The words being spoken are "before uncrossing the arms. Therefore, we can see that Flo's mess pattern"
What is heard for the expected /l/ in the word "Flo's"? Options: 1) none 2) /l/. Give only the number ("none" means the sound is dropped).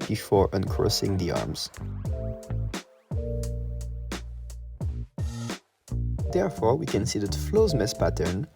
2